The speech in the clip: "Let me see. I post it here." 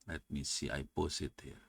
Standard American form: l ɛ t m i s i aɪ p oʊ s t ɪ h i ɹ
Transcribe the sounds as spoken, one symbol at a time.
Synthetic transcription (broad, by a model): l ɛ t m i s i aɪ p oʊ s ɪ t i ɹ